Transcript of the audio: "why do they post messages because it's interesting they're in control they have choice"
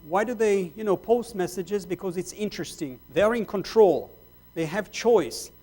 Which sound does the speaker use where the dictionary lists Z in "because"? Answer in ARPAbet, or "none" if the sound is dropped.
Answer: Z